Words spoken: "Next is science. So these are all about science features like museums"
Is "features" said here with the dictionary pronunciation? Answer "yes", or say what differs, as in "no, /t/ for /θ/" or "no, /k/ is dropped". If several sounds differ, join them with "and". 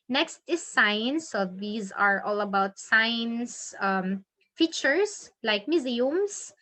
no, /s/ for /z/